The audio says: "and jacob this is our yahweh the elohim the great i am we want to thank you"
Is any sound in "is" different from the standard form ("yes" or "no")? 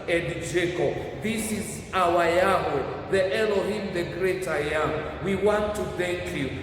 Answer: no